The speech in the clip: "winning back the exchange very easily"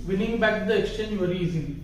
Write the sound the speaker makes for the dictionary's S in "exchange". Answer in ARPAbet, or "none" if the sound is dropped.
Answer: S